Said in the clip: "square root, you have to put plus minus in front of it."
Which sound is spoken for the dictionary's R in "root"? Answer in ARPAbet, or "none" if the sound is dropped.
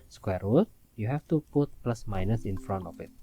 W